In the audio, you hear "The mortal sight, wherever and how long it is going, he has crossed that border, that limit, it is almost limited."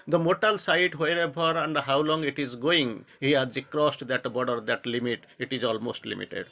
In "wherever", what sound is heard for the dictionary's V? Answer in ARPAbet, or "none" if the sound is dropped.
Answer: B